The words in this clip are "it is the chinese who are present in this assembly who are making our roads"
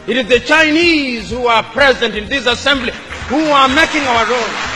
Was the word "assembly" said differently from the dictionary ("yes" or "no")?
no